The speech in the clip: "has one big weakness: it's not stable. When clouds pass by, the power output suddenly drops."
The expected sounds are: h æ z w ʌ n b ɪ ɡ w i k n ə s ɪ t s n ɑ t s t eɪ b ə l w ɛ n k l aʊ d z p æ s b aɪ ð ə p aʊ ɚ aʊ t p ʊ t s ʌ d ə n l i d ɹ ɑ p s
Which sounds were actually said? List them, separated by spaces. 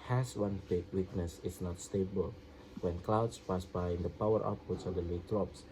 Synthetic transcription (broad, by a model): h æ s w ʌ n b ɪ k w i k n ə s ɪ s n ɑ t s t eɪ b ə l w ɛ n k l aʊ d s p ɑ s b aɪ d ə p aʊ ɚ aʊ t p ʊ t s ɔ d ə l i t ɹ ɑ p s